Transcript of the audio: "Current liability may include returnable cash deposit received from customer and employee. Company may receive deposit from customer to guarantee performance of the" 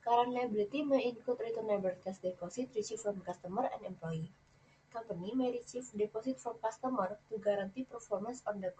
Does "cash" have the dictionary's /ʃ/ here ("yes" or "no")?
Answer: no